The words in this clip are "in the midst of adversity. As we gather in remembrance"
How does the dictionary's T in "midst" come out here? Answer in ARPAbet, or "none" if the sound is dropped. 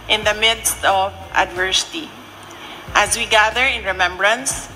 T